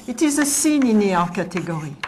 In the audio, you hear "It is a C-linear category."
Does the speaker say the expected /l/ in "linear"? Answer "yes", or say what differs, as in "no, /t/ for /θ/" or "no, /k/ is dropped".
no, /n/ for /l/